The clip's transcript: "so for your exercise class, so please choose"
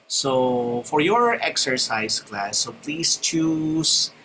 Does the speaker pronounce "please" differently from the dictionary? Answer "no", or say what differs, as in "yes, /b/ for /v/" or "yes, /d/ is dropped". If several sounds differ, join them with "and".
yes, /s/ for /z/